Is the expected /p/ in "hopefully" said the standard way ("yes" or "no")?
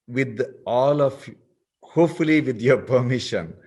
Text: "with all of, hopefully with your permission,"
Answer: no